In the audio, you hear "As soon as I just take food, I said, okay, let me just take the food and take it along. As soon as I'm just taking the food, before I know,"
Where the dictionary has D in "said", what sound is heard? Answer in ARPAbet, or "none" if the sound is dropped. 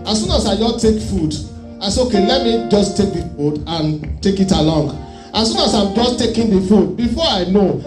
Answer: none